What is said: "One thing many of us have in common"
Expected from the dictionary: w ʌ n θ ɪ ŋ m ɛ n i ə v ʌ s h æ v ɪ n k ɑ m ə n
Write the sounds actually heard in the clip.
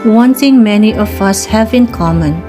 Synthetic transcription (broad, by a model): w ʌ n t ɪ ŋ m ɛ n i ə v ʌ s h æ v ɪ n k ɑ m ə n